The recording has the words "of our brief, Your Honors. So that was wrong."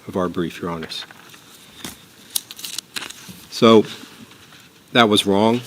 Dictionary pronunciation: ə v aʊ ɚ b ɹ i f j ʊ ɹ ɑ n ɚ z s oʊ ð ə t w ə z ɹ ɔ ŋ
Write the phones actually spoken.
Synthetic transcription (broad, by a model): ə v aʊ ɚ b ɹ i f j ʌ ɹ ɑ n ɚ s s oʊ ð ə t w ə z ɹ ɔ ŋ